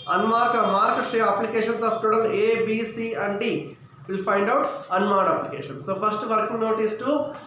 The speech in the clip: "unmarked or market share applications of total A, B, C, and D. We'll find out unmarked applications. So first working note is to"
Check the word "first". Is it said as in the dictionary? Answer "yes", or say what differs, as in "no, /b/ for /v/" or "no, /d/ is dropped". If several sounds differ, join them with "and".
no, /p/ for /f/